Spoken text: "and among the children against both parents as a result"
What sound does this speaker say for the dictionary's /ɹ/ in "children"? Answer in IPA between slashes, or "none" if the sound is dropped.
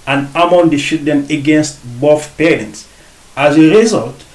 none